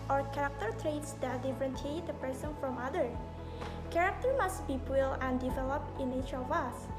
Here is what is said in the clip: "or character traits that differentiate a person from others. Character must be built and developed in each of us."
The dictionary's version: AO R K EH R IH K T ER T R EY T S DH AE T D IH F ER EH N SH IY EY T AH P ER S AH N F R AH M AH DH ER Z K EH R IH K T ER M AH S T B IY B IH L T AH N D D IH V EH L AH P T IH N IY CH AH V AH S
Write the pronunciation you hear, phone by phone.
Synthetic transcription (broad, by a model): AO R K EH R IH K T ER T R EY T S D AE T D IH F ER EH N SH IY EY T AH P ER S AH N F R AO M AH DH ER K EH R IH K T ER M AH S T B IY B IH L AH N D D IH V EH L AH P T IH N IY CH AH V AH S